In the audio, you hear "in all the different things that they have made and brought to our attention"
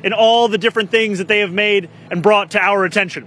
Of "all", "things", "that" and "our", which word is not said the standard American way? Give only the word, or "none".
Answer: none